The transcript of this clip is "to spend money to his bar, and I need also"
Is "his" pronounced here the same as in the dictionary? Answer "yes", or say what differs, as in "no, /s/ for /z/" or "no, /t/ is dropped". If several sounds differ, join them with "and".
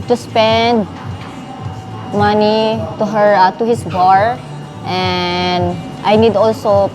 no, /s/ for /z/